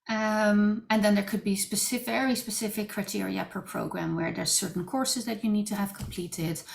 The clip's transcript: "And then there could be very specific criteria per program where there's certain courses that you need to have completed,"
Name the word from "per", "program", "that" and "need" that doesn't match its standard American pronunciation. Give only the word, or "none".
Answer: none